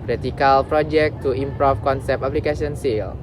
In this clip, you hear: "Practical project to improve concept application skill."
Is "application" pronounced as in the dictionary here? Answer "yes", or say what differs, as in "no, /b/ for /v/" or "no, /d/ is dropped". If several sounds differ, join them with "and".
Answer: no, /s/ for /ʃ/